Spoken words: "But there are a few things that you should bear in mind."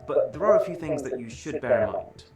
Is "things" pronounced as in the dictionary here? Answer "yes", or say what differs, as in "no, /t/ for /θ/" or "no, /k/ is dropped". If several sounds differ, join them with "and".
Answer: yes